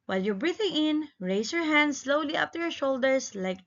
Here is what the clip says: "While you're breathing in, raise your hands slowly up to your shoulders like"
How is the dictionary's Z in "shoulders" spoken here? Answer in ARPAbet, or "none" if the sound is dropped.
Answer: S